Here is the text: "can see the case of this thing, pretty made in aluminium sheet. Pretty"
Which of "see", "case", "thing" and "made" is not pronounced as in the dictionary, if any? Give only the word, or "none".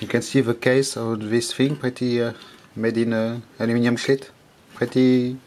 thing